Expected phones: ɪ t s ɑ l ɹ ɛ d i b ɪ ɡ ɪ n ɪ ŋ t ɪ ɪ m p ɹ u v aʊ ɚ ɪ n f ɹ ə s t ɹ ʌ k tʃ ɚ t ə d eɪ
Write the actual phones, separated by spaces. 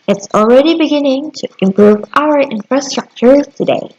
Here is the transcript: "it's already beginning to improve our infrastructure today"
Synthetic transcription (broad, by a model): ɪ t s ɑ l ɹ ɛ d i b ɪ ɡ ɪ n ɪ ŋ t ɪ ɪ m p ɹ u v aʊ ɚ ɪ n f ɹ ə s t ɹ ʌ k tʃ ɚ t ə d eɪ